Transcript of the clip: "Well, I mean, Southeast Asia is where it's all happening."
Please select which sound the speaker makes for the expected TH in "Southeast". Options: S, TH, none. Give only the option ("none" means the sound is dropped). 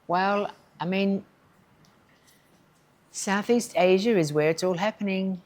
TH